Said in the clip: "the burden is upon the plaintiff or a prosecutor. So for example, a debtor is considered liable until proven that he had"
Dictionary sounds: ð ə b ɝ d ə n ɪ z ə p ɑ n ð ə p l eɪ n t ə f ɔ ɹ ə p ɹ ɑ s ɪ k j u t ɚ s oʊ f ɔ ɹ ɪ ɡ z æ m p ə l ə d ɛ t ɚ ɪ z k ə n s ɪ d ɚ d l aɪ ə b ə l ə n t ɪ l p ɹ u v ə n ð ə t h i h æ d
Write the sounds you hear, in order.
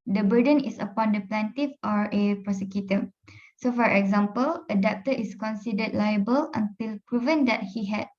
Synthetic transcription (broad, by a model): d ə b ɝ d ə n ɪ s ə p ɑ n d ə p l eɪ n t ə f ɔ ɹ ə p ɹ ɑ s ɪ k j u t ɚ s oʊ f ɔ ɹ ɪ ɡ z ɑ m p ə l ə d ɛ t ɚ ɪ s k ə n s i d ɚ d l aɪ ə b ə l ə n t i l p ɹ u v ə n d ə t h i h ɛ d